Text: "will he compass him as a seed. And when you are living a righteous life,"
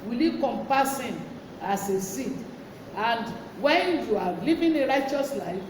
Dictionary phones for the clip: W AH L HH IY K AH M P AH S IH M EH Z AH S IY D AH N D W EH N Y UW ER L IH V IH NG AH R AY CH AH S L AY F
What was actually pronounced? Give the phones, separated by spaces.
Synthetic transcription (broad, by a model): W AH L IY K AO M P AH S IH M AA S AH S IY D AH N D W EH N Y UW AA L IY V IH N AH R AY CH AH S L AY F